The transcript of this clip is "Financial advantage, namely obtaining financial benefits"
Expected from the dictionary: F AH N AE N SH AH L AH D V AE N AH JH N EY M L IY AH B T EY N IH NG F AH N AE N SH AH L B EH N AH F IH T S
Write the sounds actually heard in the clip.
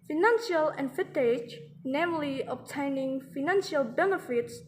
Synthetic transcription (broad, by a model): F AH N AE N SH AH L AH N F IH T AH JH N EY M L IY AH B T EY N IH NG F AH N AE N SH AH L B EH N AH F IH T S